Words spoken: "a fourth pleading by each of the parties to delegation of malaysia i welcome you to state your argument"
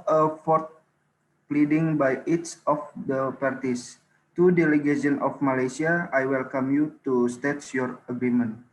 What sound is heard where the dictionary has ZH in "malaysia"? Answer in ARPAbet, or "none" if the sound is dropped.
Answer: S